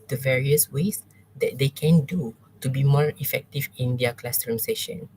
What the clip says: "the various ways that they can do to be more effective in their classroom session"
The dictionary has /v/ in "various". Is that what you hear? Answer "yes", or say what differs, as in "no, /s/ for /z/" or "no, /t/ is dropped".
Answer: yes